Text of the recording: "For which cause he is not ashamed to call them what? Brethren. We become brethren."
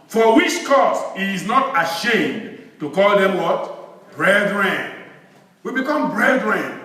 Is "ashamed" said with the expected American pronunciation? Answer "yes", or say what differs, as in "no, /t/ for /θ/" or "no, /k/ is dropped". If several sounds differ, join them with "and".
yes